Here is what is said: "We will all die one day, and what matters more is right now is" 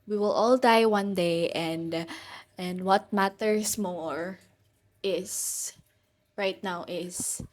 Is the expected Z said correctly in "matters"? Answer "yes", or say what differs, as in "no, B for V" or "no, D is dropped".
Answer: no, S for Z